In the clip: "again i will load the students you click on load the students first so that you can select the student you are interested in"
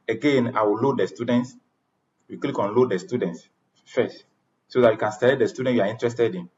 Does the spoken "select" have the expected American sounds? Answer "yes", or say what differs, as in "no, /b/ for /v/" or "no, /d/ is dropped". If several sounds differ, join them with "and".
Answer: no, /k/ is dropped